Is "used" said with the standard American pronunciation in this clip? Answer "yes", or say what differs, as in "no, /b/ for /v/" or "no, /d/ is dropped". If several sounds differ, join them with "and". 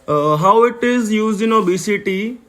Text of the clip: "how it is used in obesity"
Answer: no, /d/ is dropped